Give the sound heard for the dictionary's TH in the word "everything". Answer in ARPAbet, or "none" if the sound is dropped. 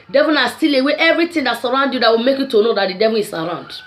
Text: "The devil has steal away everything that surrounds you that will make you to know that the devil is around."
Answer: T